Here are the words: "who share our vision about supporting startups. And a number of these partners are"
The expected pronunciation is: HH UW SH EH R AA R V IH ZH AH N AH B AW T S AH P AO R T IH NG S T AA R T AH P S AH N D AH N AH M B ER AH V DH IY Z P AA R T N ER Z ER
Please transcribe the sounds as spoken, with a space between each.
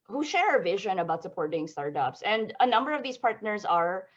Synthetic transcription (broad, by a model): HH UW SH EH R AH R V IH ZH AH N AH B AW T S AH P AO R T IH NG S T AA R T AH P S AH N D AH N AH M B ER AH V DH IY Z P AA R T N ER Z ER